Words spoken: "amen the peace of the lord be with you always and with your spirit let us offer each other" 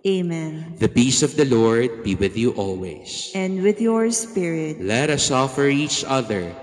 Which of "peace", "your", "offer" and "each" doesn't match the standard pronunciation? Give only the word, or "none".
peace